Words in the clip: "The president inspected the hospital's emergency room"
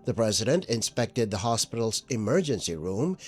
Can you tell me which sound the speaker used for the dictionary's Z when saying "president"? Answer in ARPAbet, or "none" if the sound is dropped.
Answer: Z